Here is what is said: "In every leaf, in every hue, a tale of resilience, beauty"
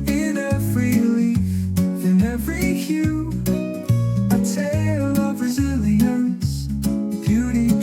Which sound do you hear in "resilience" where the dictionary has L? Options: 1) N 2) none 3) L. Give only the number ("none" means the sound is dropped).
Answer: 2